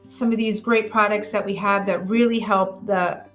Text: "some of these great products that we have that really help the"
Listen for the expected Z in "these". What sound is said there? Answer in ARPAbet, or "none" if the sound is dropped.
Z